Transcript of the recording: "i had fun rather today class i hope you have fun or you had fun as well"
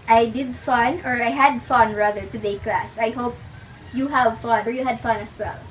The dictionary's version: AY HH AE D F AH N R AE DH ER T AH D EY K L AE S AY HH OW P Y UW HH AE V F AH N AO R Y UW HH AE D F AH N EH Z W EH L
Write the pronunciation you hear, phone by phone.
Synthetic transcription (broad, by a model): AY HH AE D F AH N R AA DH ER T AH D EY K L AE S AY HH OW P Y UW HH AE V F AH N AO R Y UW HH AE D F AH N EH S W EH L